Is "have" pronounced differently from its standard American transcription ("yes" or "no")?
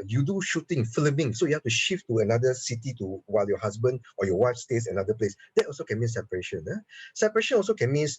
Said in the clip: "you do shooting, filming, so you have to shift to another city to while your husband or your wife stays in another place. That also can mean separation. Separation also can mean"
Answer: yes